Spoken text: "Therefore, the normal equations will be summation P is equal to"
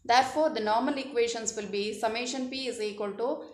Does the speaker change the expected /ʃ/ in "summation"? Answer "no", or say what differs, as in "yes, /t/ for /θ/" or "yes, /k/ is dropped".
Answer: no